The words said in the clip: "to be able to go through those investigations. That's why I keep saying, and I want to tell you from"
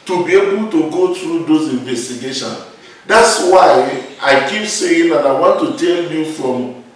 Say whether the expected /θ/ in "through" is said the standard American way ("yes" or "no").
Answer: no